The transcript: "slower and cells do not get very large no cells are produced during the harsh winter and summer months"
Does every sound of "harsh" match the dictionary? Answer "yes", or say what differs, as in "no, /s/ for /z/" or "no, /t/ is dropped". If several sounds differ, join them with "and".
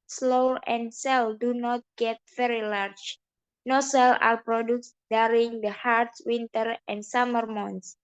no, /s/ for /ʃ/